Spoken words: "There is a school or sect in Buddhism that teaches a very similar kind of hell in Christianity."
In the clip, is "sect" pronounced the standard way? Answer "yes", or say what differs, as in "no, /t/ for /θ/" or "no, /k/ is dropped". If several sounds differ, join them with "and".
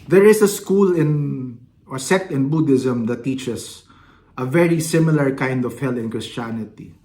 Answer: no, /k/ is dropped